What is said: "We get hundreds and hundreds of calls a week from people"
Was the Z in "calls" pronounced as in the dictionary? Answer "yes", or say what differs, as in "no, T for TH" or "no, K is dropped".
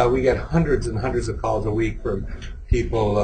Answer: yes